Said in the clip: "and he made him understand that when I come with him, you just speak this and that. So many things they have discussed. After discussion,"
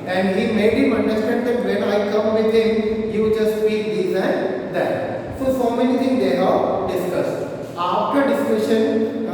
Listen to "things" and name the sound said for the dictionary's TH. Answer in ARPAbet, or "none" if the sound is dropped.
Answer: T